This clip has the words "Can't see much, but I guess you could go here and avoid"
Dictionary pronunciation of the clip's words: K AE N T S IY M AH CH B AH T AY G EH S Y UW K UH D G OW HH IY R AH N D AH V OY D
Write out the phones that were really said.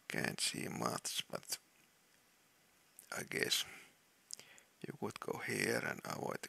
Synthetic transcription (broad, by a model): K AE N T S IY M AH S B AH T AY G EH S Y UW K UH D G OW HH IY R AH N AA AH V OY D